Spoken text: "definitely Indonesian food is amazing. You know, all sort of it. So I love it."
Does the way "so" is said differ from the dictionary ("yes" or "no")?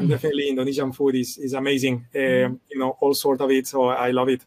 no